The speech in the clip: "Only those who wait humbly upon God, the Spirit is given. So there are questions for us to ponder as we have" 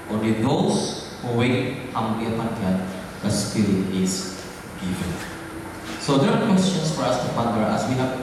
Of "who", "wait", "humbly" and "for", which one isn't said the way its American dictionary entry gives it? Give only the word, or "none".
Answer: humbly